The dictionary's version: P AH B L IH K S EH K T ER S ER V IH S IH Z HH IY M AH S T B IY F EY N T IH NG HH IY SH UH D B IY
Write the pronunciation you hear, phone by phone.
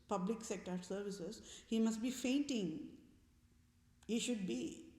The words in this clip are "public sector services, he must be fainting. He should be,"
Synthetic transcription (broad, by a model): P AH B L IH K S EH K T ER S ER V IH S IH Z HH IY M AH S T B IY F EY N T IH NG HH IY SH UH D B IY